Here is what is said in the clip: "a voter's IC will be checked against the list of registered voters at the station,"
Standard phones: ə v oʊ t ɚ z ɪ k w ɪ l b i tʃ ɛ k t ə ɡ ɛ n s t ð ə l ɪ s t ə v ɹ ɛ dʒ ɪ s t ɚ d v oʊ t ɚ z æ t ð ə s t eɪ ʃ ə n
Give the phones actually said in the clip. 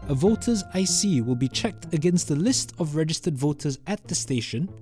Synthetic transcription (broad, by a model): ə v oʊ t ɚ z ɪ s w ɪ l b i tʃ ɛ k t ə ɡ ɛ n s t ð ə l ɪ s t ə v ɹ ɛ dʒ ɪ s t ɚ d v oʊ t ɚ z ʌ t ð ə s t eɪ ʃ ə n